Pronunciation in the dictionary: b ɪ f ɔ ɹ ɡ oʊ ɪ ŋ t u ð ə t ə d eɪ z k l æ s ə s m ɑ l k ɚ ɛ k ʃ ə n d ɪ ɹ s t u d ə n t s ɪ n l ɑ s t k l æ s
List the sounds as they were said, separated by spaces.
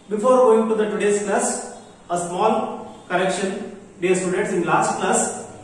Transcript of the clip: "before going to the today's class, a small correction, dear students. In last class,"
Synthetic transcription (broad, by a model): b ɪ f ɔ ɹ ɡ oʊ ɪ ŋ t u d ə t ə d eɪ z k l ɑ s ə s m ɑ l k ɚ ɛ k ʃ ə n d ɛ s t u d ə t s ɪ n l ɑ s t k l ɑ s